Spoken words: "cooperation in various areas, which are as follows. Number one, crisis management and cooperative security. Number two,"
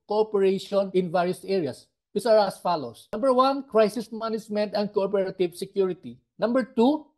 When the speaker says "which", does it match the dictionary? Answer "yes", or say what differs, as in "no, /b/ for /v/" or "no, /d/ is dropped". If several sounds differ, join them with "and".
no, /s/ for /tʃ/